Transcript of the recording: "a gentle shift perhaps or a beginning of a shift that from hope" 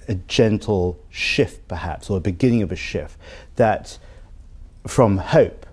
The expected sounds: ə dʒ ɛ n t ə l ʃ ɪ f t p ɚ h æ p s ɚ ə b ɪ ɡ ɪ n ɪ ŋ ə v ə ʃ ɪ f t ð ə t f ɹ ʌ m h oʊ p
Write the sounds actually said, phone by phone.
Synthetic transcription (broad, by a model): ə dʒ ɛ n t l ʃ ɪ f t p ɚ h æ p s ɚ ə b ɪ ɡ ɪ n ɪ ŋ ə v ə ʃ ɪ f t ð ə t f ɹ ʌ m h oʊ p